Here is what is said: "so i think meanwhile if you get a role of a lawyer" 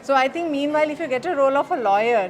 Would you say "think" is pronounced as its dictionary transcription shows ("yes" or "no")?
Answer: no